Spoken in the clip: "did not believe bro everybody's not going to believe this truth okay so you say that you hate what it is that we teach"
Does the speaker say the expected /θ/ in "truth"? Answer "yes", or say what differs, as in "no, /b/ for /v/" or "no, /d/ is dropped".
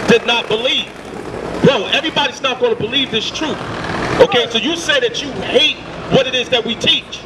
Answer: yes